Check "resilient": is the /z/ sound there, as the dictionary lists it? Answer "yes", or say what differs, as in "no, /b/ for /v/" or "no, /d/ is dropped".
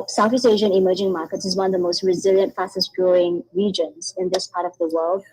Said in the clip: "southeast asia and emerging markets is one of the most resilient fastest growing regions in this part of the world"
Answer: yes